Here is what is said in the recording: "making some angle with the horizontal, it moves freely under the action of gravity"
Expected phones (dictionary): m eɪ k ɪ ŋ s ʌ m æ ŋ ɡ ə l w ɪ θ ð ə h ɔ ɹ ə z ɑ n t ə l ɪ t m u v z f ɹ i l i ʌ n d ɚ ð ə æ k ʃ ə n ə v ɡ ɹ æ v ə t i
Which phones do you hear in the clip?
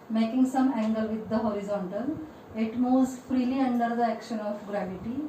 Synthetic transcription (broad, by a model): m eɪ k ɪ ŋ s ʌ m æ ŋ ɡ ə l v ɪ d ə h ɔ ɹ ə z ɑ n t ə l ɪ t m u z f ɹ i l i ʌ n d ɚ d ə æ k ʃ ə n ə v ɡ ɹ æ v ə t i